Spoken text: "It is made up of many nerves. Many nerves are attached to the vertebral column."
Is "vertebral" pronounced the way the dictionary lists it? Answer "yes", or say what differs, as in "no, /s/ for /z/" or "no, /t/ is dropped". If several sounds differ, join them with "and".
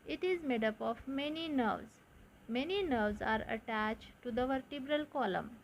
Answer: yes